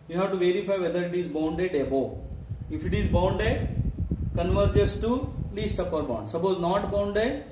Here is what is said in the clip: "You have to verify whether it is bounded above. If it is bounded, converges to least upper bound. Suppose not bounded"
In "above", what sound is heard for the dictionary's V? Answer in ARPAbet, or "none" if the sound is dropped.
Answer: none